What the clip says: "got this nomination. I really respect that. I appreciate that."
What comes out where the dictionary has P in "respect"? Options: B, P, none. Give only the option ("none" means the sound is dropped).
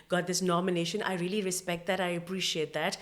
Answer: P